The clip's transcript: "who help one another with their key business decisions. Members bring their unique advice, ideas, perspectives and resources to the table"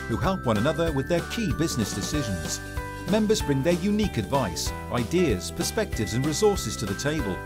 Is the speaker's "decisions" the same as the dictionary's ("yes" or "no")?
yes